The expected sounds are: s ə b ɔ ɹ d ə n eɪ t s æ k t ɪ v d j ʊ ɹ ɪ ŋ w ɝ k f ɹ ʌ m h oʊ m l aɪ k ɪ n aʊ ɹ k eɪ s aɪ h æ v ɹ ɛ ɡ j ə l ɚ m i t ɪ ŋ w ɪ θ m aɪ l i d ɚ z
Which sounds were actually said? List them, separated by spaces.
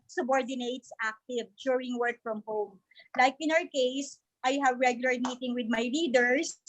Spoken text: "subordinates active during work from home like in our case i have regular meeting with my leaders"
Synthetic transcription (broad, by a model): s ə b ɔ ɹ d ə n eɪ t s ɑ k t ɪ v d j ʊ ɹ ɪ ŋ w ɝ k f ɹ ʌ m h oʊ m l aɪ k ɪ n aʊ ɹ k eɪ s aɪ h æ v ɹ ɛ ɡ j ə l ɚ m i t ɪ ŋ w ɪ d m aɪ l i d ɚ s